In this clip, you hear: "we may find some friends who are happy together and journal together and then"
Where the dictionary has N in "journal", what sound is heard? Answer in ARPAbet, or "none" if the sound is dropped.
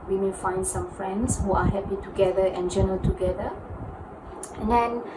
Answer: none